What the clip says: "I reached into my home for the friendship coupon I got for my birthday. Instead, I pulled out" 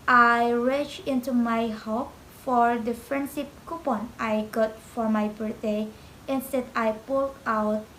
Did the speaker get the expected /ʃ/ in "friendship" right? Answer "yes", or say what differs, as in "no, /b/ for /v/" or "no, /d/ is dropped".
no, /s/ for /ʃ/